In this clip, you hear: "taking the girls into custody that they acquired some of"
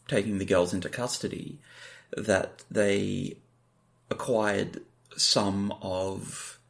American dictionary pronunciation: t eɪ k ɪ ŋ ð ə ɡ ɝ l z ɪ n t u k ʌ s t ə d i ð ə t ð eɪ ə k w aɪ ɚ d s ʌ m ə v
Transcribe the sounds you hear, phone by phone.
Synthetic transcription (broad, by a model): t eɪ k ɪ ŋ ð ə ɡ ɝ l z ɪ n t u k ʌ s t ə d i ð ə t ð eɪ ə k w aɪ ɚ d s ʌ m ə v